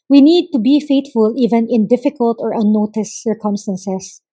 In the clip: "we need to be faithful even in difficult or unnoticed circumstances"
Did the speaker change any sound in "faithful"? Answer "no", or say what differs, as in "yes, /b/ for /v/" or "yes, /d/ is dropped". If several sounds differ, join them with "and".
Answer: yes, /t/ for /θ/